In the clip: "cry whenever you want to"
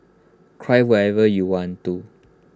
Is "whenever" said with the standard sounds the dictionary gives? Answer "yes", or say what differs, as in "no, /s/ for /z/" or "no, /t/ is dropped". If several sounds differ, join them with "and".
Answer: no, /n/ is dropped